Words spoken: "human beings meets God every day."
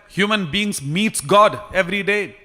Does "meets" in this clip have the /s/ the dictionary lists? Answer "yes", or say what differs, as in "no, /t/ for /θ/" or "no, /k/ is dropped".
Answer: yes